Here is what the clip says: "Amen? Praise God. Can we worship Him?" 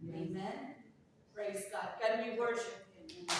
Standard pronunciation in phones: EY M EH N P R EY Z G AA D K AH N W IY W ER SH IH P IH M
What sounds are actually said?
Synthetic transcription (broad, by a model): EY M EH N P R EY Z G AA D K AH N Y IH W ER SH IH P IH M